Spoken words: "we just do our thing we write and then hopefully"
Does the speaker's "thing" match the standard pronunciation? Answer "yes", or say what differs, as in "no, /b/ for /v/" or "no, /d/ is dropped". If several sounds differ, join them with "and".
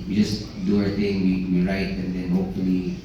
no, /t/ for /θ/